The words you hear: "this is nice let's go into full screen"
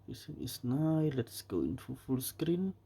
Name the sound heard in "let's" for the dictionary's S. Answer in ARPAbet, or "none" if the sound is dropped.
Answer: S